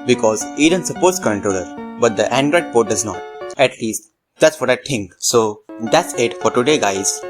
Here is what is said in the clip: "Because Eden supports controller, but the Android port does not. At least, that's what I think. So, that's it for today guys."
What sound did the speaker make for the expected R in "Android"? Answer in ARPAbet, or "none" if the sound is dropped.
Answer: R